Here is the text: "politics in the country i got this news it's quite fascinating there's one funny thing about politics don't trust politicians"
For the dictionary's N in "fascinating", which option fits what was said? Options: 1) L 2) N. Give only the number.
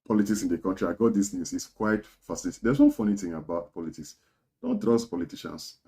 1